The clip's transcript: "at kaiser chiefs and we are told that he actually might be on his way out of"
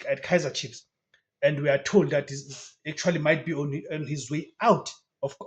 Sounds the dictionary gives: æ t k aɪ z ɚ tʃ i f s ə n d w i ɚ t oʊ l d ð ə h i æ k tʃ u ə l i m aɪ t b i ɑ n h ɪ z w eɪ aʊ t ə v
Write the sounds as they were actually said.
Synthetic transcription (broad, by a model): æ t k aɪ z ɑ tʃ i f s ə n d w i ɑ t oʊ l d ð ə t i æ k tʃ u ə l i m aɪ t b i ɑ n h ɪ z w eɪ aʊ t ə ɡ